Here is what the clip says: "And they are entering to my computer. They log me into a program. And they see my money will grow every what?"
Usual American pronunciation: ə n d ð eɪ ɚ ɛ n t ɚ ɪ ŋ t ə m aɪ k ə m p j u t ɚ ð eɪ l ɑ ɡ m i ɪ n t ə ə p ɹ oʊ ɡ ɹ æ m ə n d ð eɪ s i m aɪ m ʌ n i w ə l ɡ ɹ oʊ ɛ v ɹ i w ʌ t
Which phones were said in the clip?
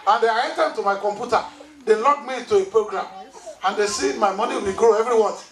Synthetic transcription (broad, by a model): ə n d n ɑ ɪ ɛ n t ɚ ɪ t ə m aɪ k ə m p j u t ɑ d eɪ l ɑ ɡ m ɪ t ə ə p ɹ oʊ ɡ ɹ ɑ m ə n d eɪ s i m aɪ m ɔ n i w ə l ɡ ɹ oʊ ɛ v ɹ i w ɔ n